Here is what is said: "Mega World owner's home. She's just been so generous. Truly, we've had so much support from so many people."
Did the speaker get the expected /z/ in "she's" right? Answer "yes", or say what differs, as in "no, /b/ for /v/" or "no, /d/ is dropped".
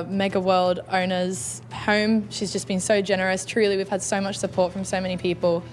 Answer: yes